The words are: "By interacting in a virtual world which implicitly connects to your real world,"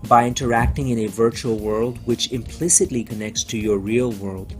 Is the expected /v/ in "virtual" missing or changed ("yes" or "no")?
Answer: no